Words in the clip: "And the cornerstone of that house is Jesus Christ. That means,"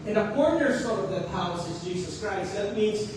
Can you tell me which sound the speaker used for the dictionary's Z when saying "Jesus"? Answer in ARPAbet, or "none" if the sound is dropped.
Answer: Z